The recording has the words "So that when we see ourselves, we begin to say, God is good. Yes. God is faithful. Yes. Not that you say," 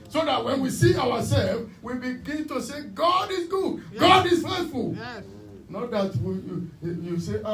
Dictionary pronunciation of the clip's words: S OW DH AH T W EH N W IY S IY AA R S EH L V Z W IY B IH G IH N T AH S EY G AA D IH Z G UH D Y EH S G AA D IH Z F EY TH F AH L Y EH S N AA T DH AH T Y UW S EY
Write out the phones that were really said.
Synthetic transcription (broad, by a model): S OW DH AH T W EH N W IY S IY AA W S EH L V W IY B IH G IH N T AH S EY G AA D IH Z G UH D G AA D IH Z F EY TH F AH L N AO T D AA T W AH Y Y UW S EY